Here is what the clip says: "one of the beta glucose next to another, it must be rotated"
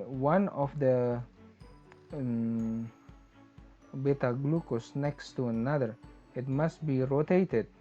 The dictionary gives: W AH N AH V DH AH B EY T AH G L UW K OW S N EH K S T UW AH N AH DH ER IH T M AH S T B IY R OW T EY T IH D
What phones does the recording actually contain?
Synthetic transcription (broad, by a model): W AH N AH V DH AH B EY T AH G L UW K OW S N EH K S T UW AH N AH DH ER IH T M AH S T B IY R OW T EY T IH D